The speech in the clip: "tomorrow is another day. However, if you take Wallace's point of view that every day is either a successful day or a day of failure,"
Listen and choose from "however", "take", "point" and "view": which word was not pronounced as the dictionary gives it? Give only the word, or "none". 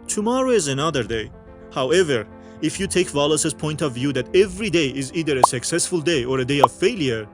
none